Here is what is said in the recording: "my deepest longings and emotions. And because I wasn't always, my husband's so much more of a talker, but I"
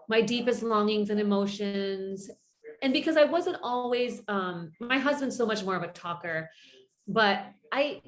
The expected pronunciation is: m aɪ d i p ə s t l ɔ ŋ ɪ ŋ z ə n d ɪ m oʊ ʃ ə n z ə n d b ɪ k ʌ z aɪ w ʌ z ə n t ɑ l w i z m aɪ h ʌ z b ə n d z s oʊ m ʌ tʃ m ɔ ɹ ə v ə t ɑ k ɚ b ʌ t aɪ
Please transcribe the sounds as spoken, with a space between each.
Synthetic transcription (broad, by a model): m aɪ d i p ə s t l ɔ ŋ ɪ ŋ z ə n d ɪ m oʊ ʃ ə n z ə n b ɪ k ʌ z aɪ w ʌ z ə n t ɑ l w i z m aɪ h ʌ z b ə n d s oʊ m ʌ tʃ m ɔ ɹ ə v ə t ɑ k ɚ b ʌ t aɪ